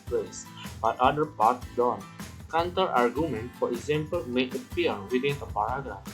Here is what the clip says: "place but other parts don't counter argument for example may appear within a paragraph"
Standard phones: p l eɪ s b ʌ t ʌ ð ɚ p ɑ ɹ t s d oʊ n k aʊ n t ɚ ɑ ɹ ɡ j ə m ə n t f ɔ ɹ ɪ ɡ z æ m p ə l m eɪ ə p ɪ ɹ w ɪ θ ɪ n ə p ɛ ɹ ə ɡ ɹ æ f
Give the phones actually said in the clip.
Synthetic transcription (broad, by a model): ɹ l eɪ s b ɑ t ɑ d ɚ p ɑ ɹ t d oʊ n k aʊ n t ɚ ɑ ɹ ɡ j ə m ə n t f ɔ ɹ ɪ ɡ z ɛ m p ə l m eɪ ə p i ɹ w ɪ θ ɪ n ə p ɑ ɹ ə ɡ ɹ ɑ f